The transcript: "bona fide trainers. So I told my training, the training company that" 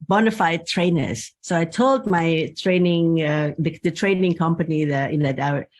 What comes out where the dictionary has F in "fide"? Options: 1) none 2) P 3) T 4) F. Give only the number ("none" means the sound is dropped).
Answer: 4